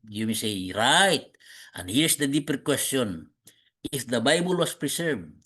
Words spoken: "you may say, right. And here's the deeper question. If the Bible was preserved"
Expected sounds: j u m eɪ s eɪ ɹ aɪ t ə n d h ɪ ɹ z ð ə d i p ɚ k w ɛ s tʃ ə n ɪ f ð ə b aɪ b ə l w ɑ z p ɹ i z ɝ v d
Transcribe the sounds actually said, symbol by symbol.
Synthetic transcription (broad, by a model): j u m eɪ s eɪ ɹ aɪ t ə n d h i ɹ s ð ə d i p ɚ k w ɛ s tʃ ə n ɪ f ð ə b aɪ b ə l w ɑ s p ɹ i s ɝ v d